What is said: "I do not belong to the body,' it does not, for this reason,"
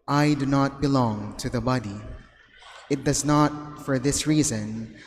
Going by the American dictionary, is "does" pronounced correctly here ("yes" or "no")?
yes